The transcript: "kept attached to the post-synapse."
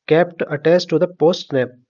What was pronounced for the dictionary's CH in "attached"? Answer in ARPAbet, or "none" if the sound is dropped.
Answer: S